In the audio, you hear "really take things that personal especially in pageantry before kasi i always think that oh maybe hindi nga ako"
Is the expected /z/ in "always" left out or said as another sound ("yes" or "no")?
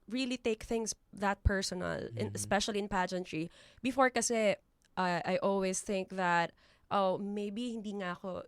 yes